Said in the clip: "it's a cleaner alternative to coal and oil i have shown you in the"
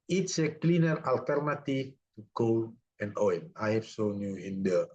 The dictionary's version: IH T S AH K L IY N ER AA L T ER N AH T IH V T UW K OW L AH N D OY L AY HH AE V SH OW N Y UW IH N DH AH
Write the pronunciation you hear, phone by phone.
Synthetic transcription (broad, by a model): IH T S AH K L IY N ER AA L T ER N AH T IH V T UW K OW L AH N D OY N AY HH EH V S OW N Y UW IH N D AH